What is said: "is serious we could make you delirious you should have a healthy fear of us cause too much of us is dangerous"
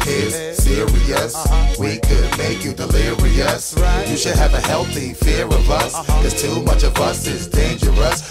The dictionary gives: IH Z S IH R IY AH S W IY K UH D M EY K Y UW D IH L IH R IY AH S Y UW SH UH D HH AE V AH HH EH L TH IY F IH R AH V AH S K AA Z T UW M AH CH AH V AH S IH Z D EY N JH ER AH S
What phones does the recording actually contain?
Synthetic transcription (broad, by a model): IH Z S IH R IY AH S W IY K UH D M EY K Y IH D IH L IH R IY AH S Y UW SH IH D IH V AH HH EH L TH IY F IH R AH V AH S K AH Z T UW M AH CH AH V AH S IH Z D EY N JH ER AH S